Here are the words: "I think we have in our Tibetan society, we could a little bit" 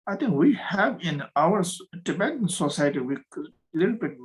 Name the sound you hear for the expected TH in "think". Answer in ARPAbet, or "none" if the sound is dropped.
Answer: T